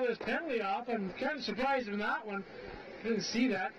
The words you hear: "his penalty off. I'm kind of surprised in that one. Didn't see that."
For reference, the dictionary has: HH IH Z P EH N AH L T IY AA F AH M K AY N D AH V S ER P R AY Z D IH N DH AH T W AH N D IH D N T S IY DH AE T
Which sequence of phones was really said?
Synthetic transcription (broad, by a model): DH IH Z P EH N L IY AA F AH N K AY N D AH S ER P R AY Z IH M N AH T W AH N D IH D N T S IY DH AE T